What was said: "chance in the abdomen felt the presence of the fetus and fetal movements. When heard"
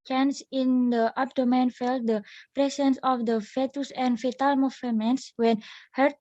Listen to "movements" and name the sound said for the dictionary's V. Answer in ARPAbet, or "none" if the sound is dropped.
F